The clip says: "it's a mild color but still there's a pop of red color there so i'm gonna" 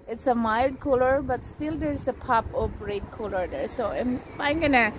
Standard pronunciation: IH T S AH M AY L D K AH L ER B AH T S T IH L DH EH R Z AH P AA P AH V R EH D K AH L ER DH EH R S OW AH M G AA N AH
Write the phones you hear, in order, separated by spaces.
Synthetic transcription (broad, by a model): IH T S AH M AY L D K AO L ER B AH T S T IH L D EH R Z AH P AA P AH P R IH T K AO L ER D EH R S OW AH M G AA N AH